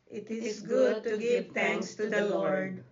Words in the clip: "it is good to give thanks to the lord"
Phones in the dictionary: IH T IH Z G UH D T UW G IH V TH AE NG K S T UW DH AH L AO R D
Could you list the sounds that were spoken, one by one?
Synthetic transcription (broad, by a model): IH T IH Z G UH D T UW G IH V T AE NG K S T UW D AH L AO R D